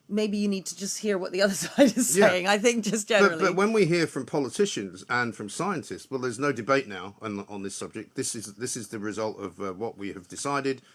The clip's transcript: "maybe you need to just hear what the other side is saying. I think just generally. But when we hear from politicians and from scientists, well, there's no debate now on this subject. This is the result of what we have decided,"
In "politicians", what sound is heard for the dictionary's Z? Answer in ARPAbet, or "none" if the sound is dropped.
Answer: Z